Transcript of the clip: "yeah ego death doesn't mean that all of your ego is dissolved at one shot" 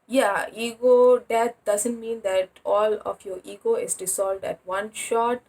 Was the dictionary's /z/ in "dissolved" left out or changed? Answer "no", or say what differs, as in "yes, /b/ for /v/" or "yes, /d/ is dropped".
yes, /s/ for /z/